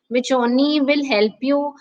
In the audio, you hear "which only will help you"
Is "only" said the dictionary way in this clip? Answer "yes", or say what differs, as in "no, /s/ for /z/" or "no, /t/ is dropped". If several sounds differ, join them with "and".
no, /l/ is dropped